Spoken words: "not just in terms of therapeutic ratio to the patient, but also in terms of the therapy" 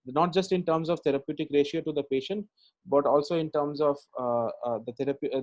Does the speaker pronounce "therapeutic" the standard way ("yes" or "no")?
no